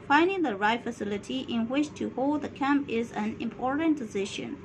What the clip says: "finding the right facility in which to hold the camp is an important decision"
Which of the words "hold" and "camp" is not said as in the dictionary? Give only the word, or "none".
none